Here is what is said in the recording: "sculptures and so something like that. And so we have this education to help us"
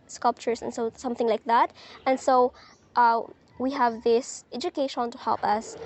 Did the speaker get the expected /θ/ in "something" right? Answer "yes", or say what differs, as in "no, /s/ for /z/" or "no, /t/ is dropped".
yes